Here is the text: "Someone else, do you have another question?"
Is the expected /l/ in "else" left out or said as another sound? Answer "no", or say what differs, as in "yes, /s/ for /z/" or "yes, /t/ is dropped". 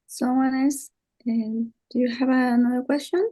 yes, /l/ is dropped